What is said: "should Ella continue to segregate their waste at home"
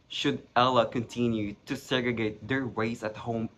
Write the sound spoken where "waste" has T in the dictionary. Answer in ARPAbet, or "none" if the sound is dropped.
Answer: none